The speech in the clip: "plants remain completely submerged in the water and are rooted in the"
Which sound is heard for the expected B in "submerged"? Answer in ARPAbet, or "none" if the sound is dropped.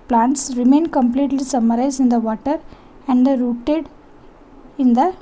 none